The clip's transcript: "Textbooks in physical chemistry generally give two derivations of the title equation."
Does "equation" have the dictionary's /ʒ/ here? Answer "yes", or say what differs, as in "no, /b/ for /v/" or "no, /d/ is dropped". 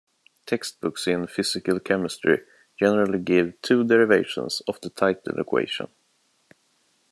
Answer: no, /ʃ/ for /ʒ/